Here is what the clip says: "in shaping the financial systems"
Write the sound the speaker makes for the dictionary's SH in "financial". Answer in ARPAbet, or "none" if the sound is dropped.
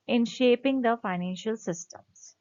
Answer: SH